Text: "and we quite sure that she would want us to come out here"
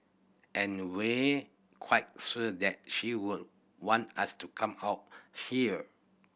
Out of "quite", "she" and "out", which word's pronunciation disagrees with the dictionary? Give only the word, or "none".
none